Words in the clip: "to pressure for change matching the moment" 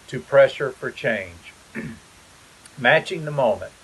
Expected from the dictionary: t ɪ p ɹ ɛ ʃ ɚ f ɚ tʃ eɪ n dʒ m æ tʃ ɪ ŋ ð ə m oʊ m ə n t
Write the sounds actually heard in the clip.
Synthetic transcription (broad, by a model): t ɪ p ɹ ɛ ʃ ɚ f ɚ tʃ eɪ n dʒ m æ tʃ ɪ ŋ ð ə m oʊ m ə n t